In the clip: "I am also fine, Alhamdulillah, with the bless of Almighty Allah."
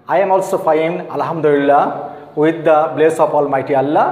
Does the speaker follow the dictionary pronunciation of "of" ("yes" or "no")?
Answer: no